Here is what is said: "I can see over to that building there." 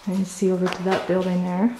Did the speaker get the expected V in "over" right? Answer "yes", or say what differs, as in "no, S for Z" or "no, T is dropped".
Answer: yes